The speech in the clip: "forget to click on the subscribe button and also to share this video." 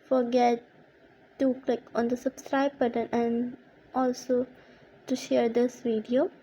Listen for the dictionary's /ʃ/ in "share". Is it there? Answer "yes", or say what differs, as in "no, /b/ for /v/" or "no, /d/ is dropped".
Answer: yes